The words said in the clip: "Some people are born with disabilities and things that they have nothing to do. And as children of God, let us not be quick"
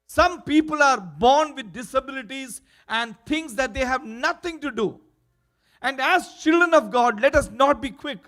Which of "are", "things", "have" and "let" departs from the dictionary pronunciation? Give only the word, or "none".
things